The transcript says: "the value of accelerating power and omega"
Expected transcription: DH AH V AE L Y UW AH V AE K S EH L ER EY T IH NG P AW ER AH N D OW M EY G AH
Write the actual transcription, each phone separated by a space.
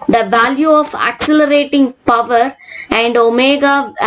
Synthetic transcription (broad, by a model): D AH V AE L Y UW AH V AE K S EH L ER EY T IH NG P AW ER AH N D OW M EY G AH